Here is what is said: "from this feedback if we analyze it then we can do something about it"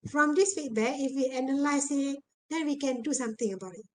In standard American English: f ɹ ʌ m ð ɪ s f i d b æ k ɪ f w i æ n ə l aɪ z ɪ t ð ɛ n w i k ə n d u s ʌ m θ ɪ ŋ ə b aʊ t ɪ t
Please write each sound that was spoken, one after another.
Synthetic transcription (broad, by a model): f ɹ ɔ m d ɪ s f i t b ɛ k ɪ f w i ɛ n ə l aɪ s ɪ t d ɛ n w i k ə n d u s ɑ m t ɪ ŋ ə b aʊ t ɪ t